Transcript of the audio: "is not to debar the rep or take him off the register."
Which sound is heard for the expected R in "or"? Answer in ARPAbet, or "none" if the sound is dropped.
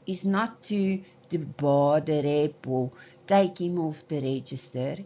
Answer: L